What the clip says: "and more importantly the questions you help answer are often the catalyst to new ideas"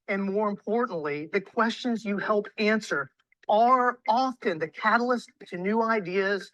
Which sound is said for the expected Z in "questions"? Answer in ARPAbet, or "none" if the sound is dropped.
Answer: Z